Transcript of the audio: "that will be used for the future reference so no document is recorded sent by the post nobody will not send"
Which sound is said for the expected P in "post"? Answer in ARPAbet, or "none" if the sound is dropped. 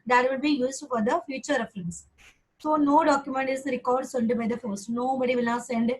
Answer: F